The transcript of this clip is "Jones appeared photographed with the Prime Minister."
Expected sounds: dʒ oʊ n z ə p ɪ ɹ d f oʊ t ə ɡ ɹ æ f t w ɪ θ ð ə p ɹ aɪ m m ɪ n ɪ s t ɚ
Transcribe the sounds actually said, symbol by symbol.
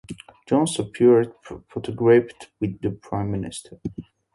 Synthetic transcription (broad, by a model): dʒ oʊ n s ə p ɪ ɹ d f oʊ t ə ɡ ɹ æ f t w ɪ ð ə p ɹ aɪ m m ɪ n ɪ s t ɚ